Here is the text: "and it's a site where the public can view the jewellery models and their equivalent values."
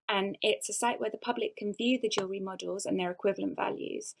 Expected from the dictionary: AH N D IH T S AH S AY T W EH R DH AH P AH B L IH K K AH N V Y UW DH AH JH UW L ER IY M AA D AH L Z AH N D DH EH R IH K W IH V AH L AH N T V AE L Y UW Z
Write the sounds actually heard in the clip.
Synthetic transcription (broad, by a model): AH N IH T S AH S AY T W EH DH AH P AH B L IH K K AH N V Y UW DH AH JH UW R IY M AA D AH L Z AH N DH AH R IH K W IH V AH L AH N T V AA L Y UW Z